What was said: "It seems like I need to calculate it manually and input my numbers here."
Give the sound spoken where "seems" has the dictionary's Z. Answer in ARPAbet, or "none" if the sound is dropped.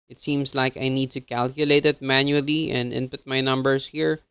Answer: S